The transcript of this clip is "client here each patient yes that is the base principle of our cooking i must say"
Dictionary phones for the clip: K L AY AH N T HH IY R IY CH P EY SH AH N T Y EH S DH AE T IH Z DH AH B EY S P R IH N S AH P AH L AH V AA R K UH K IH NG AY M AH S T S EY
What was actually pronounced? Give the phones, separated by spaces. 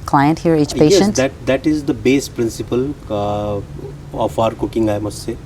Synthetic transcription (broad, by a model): K L AY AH N T HH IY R IY CH P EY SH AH N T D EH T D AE T IH Z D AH B EY S P R IH N S AH P AH L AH F AA R K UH K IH NG AY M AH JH S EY